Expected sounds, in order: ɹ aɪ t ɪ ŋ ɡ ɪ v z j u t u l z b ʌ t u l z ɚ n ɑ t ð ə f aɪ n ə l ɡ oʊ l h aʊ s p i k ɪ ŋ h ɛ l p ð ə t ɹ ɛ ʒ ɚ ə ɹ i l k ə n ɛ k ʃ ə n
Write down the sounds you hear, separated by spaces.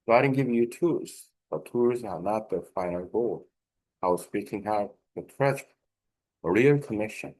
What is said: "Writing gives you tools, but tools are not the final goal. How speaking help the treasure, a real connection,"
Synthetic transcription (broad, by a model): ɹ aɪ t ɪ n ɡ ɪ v j u t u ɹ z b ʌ t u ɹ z ɚ n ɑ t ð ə f aɪ n ə l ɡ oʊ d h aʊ s p i k ɪ ŋ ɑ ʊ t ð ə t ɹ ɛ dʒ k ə ɹ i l k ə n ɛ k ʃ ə n